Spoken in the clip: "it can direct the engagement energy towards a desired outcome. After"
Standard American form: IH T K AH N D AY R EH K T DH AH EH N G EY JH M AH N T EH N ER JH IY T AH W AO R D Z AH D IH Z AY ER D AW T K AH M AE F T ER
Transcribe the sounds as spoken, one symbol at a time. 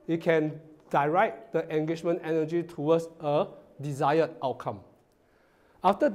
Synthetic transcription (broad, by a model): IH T K AH N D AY R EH T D AH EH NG G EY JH M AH N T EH N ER JH IY T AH W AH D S AH D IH Z AY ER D AW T K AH M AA F T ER